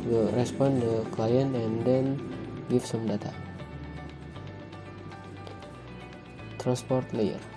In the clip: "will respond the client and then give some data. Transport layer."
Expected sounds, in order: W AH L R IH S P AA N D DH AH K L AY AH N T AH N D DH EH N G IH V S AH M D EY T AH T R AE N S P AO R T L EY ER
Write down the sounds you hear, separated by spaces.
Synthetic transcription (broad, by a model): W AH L R IH S P AA N D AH K L AY AH N T AH N D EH N G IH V S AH M D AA T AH T R AE N S P AO R T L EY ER